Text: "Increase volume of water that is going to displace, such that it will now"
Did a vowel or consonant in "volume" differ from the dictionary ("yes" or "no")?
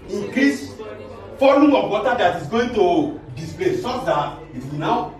yes